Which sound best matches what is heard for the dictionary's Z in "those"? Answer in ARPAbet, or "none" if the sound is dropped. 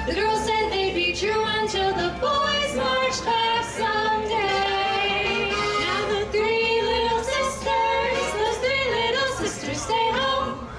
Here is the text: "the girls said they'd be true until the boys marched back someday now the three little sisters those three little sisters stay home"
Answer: none